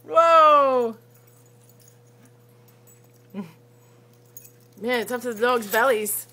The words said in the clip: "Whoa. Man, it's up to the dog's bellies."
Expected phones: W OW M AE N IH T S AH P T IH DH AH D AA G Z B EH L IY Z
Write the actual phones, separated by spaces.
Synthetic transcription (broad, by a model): W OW M AE N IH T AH F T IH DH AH D AA G Z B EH L IY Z